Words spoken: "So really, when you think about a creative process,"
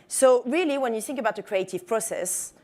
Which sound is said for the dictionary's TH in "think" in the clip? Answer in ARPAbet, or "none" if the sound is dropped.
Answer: TH